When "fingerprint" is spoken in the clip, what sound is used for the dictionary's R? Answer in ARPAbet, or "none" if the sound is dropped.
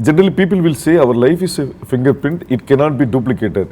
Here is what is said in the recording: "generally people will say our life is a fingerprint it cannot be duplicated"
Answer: none